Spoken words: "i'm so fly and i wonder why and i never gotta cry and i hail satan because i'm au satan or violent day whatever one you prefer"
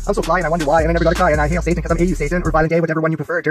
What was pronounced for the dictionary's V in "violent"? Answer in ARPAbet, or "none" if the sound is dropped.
B